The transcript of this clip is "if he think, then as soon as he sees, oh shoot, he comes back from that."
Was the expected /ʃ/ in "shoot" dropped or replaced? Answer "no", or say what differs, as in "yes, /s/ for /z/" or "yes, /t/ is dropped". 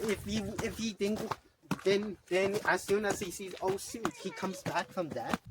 yes, /s/ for /ʃ/